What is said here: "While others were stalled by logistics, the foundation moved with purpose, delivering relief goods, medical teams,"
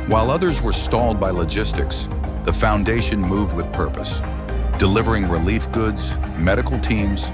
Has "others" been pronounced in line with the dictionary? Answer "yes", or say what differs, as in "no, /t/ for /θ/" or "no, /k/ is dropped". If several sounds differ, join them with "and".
yes